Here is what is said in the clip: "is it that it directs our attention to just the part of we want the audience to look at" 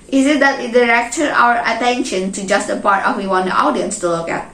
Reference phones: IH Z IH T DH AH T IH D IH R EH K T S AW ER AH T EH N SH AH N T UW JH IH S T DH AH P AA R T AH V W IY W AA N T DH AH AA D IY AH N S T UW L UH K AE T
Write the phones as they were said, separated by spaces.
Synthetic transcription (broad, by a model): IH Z IH T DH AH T IH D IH R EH K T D AW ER AH T EH N SH AH N T UW JH IH S T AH P AA R T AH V W IY W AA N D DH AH AA D IY AH N S T UW L UH K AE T